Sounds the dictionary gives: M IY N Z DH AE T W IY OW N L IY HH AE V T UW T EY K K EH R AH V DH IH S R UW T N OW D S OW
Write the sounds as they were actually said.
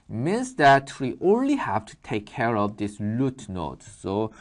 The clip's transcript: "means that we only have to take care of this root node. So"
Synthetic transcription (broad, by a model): M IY N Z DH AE T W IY OW N L IY HH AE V T UW T EY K K EH R AH V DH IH S L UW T N OW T S OW